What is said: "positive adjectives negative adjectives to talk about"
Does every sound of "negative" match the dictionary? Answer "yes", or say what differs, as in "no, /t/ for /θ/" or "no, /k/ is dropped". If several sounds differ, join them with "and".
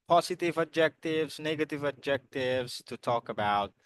yes